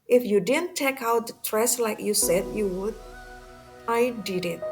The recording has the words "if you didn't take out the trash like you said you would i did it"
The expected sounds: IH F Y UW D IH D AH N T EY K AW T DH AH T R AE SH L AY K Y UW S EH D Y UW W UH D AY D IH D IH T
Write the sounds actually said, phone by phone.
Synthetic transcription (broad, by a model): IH F Y UW D IH D AH N T EY K AW T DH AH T R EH S L AY K Y UW S EH D Y UW W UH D AY D IH D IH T